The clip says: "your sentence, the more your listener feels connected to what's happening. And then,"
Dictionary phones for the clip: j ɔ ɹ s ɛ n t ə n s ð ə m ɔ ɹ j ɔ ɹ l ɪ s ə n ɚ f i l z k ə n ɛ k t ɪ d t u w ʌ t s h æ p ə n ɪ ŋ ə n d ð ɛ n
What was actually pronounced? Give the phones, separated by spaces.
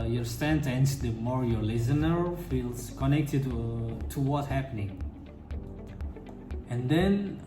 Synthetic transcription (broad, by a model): j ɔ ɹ s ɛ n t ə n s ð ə m ɔ ɹ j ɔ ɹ l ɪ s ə n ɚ f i l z k ə n ɛ k t ɪ d t u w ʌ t h æ p ə n ɪ ŋ ə n d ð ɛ n